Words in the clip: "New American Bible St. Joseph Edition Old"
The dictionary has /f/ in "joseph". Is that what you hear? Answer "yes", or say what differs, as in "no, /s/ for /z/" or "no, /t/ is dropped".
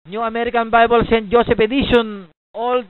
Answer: no, /p/ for /f/